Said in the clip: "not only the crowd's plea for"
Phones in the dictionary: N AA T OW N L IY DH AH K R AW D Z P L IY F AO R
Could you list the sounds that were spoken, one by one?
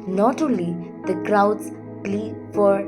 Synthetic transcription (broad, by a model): N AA T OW L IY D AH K R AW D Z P L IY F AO R